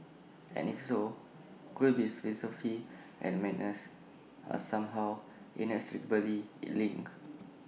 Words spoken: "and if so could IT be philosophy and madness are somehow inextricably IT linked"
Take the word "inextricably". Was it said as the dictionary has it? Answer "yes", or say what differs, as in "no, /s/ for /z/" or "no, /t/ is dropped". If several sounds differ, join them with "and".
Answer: no, /k/ is dropped and /b/ is dropped